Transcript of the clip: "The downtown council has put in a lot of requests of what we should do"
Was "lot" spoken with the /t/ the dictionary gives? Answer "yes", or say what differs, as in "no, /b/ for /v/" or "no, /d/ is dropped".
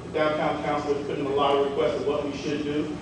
no, /t/ is dropped